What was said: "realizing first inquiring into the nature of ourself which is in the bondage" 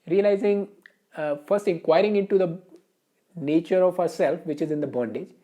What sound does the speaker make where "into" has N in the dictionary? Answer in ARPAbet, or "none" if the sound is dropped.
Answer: N